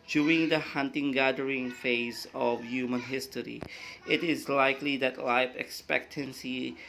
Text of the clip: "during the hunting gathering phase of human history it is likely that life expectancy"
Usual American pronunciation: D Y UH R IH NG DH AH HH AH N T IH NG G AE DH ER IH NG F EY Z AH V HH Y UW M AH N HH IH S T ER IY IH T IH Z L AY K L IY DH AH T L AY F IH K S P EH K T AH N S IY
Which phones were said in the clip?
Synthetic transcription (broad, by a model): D Y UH R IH NG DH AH HH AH N T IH NG G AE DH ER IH NG F EY Z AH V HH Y UW M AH N HH IH S T ER IY IH T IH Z L AY K L IY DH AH T L AY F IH K S P EH K T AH N S IY